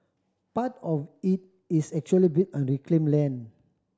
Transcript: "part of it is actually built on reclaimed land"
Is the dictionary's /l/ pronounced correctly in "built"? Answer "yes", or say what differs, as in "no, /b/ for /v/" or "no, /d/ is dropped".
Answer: no, /l/ is dropped